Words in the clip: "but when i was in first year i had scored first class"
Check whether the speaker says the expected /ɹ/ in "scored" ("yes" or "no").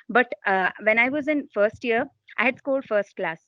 no